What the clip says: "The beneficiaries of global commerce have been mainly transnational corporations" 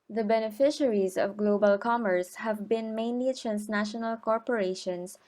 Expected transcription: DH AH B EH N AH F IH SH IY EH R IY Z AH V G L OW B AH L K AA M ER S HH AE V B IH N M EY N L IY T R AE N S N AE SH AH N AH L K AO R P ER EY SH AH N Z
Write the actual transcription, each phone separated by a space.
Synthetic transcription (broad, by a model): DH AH B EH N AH F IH SH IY R IY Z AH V G L OW B AH L K AA M ER S HH AE V B IH N M EY N L IY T R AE N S N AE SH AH N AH L K AO R P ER EY SH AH N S